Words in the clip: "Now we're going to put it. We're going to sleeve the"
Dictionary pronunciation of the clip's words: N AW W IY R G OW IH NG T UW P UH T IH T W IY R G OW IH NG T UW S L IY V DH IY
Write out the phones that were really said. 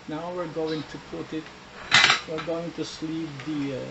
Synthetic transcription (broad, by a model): N AW W IY R G OW IH NG T UW P UH T IH T W IY R G OW IH NG T UW S L IY P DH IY